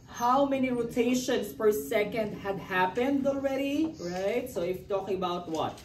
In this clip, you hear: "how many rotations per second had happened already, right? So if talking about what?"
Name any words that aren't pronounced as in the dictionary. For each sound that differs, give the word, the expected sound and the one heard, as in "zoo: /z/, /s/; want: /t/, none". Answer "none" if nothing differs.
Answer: rotations: /z/, /s/